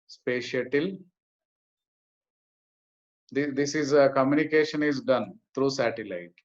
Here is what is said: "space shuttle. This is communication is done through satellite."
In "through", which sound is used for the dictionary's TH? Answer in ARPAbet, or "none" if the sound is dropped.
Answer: T